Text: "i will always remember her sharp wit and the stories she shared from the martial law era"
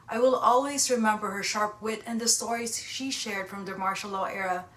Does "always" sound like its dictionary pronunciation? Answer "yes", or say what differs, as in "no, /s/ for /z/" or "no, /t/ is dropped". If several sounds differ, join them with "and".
yes